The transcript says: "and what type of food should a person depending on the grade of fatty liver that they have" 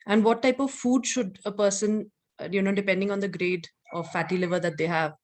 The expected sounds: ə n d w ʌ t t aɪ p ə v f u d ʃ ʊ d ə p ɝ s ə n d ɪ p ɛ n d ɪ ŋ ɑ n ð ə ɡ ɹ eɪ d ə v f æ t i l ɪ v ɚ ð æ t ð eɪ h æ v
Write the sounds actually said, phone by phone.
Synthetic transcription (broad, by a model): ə n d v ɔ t t aɪ p ə v f u d ʃ ʊ d ə p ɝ s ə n d ɪ p ɛ n d ɪ ŋ ɑ n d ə ɡ ɹ eɪ d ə f æ t i l ɪ v ɚ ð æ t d eɪ h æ v